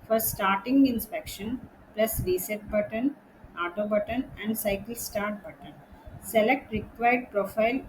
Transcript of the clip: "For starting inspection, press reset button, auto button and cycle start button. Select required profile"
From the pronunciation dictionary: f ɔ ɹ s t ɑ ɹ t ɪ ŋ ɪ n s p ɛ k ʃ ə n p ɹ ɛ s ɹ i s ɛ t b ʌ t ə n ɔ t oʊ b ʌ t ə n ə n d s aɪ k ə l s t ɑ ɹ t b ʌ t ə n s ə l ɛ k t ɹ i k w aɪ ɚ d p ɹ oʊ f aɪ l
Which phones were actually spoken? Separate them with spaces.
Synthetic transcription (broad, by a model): f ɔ ɹ s t ɑ ɹ t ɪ ŋ ɪ n s p ɛ k ʃ ə n p l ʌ s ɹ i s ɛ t b ʌ t ə n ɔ t oʊ b ʌ t ə n ə n d s aɪ k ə l s t ɑ ɹ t b ʌ t ə n s ə l ɛ k t ɹ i k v aɪ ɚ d p ɹ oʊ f aɪ l